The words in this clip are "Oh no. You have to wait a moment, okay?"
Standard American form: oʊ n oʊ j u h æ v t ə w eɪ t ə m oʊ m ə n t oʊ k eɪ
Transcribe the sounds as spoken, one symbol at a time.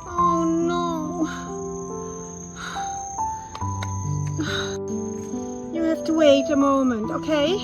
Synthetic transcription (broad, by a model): oʊ n oʊ j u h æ f t ə w eɪ t ə m oʊ m ə n t oʊ k eɪ